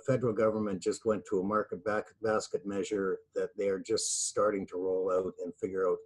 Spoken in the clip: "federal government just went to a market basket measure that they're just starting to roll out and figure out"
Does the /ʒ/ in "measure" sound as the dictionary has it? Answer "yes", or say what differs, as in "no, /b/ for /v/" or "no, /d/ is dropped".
yes